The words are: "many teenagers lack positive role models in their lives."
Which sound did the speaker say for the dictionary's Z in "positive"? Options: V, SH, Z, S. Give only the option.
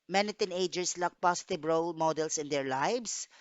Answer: S